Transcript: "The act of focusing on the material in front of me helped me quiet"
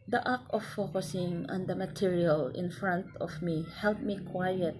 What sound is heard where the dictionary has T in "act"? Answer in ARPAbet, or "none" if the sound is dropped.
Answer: none